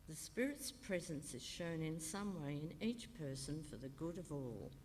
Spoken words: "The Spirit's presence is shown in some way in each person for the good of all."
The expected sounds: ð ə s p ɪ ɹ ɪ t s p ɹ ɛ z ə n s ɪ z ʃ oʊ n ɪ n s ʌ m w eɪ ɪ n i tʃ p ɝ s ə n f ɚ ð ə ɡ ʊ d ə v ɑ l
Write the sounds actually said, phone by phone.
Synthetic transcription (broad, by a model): ð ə s p ɪ ɹ ɪ t s p ɹ ɛ z ə n s ɪ z ʃ oʊ n ɪ n s ʌ m w eɪ ɪ n i tʃ p ɝ s ə n f ɚ ð ə ɡ ʊ d ə v ɑ l